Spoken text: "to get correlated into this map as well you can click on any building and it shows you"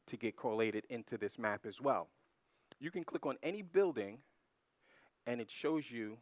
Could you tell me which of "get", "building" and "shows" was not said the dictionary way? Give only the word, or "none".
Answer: none